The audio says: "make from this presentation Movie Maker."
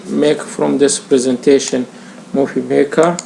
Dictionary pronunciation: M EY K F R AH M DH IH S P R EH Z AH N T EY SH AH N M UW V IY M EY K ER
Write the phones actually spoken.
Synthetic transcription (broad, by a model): M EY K F R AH M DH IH S P R EH Z AH N T EY SH AH N M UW F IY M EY K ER